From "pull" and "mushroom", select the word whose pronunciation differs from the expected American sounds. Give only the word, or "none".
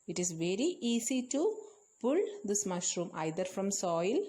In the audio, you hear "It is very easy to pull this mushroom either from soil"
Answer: none